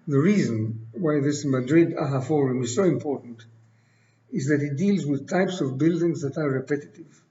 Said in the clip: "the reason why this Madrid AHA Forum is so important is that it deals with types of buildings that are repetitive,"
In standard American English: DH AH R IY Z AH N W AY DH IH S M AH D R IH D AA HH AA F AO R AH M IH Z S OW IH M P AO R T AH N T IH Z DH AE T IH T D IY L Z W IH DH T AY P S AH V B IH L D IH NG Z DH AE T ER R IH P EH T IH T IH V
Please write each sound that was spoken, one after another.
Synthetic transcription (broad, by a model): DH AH R IY Z AH N W AY DH IH S M AH D R IH D AA HH AA F AO R AH M IH Z S OW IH M P AO R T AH N T IH Z DH AE T IH T D IY L Z W IH DH T AY P S AH V B IH L D IH NG Z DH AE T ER R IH P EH T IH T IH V